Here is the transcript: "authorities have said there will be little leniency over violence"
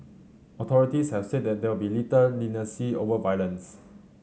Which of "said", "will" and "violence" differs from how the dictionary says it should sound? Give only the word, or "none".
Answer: will